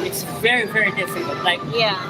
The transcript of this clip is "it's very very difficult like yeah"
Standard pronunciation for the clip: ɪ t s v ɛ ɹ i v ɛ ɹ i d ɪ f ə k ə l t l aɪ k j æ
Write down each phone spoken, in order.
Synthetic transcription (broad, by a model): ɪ t s v ɛ ɹ i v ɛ ɹ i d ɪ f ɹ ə n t l aɪ k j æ